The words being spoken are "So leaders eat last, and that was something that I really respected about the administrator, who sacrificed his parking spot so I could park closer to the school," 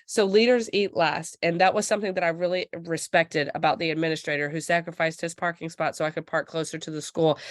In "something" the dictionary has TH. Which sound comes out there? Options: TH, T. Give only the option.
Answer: TH